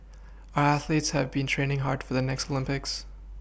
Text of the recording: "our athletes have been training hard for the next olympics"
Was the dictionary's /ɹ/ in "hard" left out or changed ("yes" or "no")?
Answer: no